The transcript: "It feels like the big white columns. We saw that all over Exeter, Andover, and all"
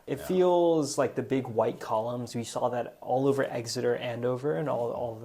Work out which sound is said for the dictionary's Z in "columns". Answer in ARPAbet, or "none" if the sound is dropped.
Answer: Z